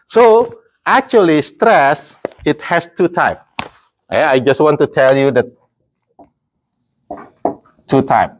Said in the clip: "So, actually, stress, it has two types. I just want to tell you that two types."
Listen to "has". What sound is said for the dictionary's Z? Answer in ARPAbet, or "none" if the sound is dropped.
S